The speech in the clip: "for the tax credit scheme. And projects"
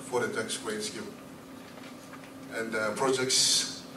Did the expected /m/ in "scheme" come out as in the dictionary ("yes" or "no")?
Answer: no